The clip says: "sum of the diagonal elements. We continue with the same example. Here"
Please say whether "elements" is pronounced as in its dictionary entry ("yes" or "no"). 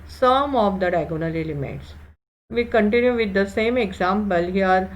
no